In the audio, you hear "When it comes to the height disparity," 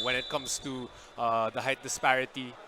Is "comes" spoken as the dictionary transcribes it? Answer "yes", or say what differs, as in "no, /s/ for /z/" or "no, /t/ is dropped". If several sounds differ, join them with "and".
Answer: no, /s/ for /z/